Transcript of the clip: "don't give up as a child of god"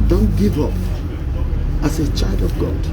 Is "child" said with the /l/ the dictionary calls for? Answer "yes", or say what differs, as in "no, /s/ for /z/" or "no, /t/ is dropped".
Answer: yes